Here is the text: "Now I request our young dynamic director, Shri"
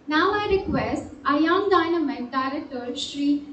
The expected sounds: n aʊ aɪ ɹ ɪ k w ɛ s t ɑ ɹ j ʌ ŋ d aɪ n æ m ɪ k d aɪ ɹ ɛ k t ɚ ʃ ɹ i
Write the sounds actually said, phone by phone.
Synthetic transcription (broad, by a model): n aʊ aɪ ɹ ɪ k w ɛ s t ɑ j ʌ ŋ d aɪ n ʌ m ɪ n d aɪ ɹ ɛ t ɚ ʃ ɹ i